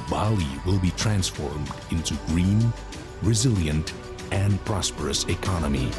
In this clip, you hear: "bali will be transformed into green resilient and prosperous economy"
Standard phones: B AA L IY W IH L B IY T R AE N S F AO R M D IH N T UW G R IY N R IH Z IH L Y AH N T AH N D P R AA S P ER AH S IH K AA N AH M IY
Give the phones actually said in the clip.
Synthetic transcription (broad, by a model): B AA L IY W IH L B IY T R AE N S F AO R M D IH N T UW G R IY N R IH Z IH L Y AH N T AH N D P R AA S P ER AH S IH K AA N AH M IY